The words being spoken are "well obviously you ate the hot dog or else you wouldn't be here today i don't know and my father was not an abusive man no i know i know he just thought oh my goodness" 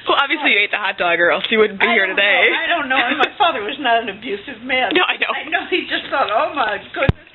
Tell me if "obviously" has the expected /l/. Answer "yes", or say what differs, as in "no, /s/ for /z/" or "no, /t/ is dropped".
yes